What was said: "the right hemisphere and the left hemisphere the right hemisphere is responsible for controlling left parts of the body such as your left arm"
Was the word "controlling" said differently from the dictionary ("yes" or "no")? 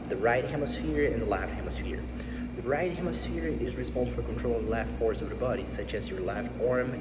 yes